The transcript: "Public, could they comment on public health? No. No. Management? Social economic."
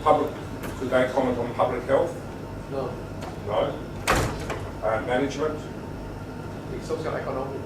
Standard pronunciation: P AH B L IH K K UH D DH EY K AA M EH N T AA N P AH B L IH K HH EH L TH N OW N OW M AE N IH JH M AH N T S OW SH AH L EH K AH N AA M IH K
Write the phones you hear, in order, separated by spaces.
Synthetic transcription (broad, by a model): P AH B L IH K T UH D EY K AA M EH N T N P AH B L IH K HH EH L TH N OW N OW M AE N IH JH M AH N T S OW S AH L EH K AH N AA M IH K